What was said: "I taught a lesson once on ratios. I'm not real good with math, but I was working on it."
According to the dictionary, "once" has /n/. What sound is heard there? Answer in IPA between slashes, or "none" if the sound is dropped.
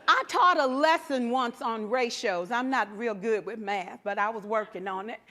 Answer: /n/